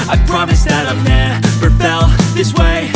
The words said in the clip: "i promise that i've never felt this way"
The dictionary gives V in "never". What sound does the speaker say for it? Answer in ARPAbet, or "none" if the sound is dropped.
P